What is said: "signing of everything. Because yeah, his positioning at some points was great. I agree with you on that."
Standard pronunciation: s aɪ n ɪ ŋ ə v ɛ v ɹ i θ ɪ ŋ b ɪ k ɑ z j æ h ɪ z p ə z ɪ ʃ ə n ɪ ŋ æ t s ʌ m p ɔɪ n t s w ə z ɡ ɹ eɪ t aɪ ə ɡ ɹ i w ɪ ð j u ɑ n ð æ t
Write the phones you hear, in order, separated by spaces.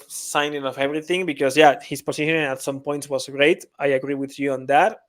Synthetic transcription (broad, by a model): s aɪ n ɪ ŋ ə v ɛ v ɹ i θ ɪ ŋ b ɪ k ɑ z j æ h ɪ s p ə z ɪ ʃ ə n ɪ t s ʌ m p ɔɪ n t s w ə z ɡ ɹ eɪ t aɪ ə ɡ ɹ i w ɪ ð j u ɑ n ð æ t